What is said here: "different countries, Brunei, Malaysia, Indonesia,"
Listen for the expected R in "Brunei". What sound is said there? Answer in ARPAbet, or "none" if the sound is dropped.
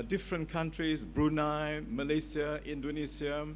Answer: R